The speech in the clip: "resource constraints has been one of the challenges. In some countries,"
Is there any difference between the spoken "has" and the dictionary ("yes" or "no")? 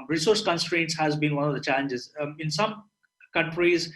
no